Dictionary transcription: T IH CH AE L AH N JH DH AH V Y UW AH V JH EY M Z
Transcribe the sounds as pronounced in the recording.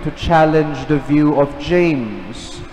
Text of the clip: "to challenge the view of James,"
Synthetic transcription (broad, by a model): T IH CH AE L AH N JH DH AH V Y UW AH V JH EY M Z